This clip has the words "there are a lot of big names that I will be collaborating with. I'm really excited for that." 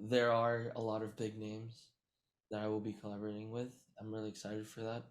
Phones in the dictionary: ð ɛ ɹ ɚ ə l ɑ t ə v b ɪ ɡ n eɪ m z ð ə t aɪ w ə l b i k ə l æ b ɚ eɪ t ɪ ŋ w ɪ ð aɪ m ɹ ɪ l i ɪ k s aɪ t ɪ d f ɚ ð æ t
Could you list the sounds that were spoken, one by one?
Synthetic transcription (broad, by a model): ð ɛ ɹ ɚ ə l ɑ t ə v b ɪ ɡ n eɪ m z ð ə t aɪ w ə l b i k ə l æ b ɚ eɪ t ɪ ŋ w ɪ ð aɪ m ɹ ɪ l i ɪ k s aɪ t ɪ d f ɚ ð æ t